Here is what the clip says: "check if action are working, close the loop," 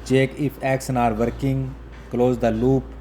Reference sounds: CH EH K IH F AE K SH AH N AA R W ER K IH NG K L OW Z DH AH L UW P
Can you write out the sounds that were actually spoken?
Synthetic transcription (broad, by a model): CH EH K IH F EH K S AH N AA R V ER K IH NG K L OW Z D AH L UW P